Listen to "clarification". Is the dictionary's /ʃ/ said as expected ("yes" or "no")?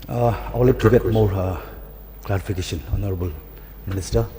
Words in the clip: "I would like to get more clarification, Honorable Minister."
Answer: no